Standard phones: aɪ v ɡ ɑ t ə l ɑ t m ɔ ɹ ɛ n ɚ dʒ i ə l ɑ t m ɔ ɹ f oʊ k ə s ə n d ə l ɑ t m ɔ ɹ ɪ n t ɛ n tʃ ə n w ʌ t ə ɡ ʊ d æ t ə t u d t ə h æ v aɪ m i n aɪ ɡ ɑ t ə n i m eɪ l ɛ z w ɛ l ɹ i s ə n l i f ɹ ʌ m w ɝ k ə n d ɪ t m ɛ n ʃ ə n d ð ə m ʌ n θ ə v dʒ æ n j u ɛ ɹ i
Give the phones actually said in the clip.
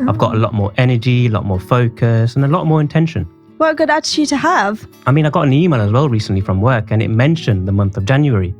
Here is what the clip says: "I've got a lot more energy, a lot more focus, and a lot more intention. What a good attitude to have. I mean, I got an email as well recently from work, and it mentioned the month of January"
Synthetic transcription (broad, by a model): aɪ v ɡ ɑ t ə l ɑ t m ɔ ɹ ɛ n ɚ dʒ i ə l ɑ t m ɔ ɹ f oʊ k ə s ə n ə l ɑ t m ɔ ɹ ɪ n t ɛ n ʃ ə n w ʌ ə ɡ ʊ d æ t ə t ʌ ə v aɪ m i n aɪ ɡ ɑ t ə n i m eɪ l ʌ z w ɛ l ɹ i s ə n l i f ɹ ʌ m w ɝ k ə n ɪ t m ɛ n ʃ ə n ð ə m ʌ n θ ə v dʒ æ n j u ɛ ɹ i